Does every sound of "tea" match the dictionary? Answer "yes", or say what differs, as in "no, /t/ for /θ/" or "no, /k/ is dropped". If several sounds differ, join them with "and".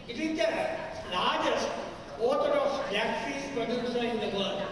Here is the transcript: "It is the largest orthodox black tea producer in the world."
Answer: no, /s/ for /t/